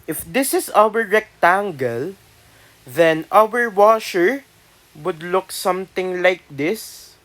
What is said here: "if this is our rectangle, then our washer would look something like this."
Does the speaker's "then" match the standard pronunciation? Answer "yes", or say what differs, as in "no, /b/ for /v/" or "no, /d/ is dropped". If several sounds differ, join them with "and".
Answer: yes